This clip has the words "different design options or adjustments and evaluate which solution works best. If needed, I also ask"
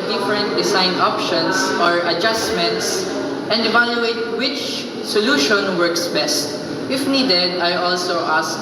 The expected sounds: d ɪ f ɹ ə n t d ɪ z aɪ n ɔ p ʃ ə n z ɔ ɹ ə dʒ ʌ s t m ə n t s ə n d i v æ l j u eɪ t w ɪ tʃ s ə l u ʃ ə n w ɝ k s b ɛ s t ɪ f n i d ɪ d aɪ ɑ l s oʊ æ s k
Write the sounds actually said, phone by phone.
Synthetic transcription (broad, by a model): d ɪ f ɹ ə n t d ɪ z aɪ n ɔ p ʃ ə n s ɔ ɹ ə dʒ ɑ s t m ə n t s ə n d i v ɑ l j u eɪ t w ɪ tʃ s ə l u ʃ ə n w ɝ k s b ɛ s t ɪ f n i d ɪ d aɪ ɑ l s oʊ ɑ s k